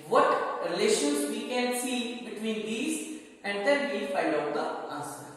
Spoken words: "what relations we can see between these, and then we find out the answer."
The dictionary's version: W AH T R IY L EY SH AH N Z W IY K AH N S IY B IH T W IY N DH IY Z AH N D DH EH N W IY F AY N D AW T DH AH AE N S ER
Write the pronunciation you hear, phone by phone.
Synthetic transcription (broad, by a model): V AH T R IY L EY SH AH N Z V IY K AH N S IY B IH T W IY N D IY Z AH N D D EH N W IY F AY D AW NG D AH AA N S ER